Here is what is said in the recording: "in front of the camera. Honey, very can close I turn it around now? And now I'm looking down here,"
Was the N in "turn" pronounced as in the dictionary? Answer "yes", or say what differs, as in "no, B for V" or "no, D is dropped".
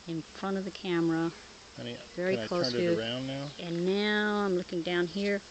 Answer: no, N is dropped